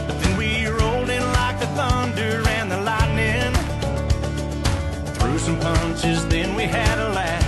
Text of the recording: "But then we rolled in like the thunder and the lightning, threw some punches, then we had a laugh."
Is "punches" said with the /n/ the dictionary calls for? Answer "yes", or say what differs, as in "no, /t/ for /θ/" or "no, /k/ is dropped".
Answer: yes